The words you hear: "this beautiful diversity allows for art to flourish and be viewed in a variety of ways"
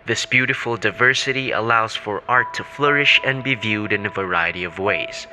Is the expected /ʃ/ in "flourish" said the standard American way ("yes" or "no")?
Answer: yes